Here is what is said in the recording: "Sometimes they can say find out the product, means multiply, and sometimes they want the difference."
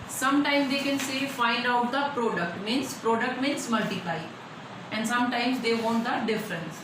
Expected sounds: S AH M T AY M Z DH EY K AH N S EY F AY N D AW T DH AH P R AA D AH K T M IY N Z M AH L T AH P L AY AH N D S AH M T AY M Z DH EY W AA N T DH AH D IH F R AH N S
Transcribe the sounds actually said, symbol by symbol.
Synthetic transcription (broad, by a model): S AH M T AY M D EY K AH N S EY F AY L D AW T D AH P R AA D AH K T M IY N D M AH L T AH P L AY AH N D S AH M T AY M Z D EY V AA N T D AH D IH F R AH N S